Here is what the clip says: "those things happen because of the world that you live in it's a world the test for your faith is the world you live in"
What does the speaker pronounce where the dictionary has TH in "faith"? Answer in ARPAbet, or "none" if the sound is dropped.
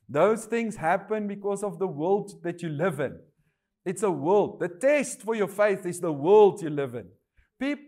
TH